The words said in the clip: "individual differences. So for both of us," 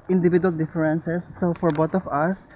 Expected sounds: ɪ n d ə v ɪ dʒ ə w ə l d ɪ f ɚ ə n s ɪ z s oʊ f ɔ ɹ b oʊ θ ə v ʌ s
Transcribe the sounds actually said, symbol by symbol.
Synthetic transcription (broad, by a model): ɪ n d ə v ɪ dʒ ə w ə l d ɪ f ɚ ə n s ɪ s oʊ f ɔ ɹ b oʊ t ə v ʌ s